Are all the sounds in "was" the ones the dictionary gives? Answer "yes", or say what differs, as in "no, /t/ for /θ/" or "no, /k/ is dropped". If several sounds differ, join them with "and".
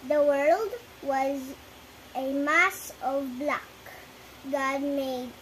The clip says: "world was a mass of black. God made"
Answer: yes